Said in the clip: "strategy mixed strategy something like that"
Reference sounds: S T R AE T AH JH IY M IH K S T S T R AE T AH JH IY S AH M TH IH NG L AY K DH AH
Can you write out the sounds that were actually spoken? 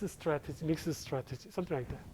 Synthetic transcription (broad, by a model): S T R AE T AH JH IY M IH K S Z S T R AE T AH JH IY S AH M T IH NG L AY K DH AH